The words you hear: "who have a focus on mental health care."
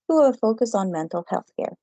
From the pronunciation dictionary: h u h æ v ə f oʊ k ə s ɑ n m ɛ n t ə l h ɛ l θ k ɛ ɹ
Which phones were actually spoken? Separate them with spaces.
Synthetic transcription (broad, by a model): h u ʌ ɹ f oʊ k ə s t n m ɛ n t l h ɛ l θ k ɛ ɹ